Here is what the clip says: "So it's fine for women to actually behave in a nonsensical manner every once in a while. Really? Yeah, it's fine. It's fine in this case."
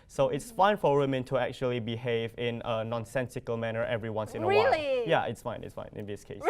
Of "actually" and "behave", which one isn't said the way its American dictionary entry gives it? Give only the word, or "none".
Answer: none